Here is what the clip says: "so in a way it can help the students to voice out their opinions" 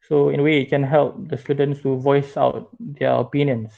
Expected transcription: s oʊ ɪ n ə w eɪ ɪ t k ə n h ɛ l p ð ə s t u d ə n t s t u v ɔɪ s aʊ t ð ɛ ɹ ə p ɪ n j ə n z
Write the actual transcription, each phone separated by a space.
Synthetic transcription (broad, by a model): s oʊ ɪ n ə w eɪ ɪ t k ə n h ɛ l p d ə s t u d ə n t s t u v ɔɪ s aʊ t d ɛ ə p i n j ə n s